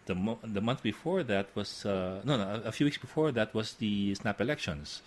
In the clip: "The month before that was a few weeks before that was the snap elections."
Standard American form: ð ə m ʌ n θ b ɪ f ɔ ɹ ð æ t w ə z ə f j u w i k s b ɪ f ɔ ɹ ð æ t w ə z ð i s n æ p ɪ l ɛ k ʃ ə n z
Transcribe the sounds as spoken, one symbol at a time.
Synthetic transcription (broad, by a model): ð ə m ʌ n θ b ɪ f ɔ ɹ ð æ t w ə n ə f j u w i k s b ɪ f ɔ ɹ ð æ t w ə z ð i s n æ p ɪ l ɛ k ʃ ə n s